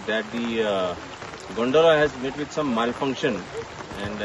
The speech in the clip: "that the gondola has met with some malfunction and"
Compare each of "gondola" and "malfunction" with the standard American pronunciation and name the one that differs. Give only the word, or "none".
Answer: none